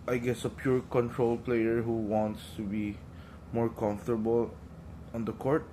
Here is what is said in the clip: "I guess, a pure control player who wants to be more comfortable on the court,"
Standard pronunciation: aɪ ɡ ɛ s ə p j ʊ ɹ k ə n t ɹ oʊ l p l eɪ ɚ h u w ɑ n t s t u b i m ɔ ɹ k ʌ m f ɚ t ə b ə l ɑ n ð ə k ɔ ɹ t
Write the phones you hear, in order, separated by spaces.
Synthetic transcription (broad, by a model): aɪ ɡ ɛ s ə p j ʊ ɹ k ə n t ɹ oʊ l p l eɪ ɚ h u w ɑ n t s t u b i m ɔ ɹ k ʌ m f t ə b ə l ɑ n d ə k ɔ ɹ t